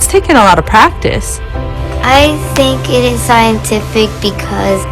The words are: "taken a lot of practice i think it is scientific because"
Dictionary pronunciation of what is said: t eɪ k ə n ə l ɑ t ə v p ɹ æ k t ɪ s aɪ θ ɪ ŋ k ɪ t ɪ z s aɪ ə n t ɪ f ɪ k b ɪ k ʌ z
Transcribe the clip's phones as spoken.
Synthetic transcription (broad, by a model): t eɪ k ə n ə l ɑ t ə v p ɹ æ k t ɪ s aɪ θ ɪ ŋ k ɪ t ɪ z s aɪ ə n t ɪ f ɪ k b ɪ k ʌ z